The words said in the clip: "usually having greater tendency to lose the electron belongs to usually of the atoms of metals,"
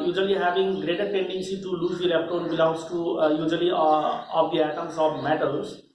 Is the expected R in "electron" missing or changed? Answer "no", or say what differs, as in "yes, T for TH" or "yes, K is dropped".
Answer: yes, R is dropped